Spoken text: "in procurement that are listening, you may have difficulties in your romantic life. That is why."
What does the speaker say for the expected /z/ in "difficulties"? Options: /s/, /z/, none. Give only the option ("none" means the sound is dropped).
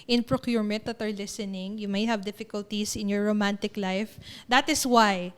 /s/